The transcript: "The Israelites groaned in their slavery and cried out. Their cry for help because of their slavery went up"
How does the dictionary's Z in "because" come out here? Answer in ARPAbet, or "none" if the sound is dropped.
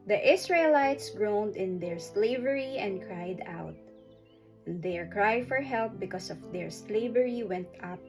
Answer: S